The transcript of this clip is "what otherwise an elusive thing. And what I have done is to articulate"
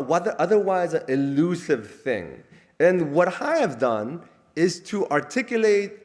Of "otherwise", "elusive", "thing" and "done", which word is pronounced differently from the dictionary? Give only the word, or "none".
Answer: none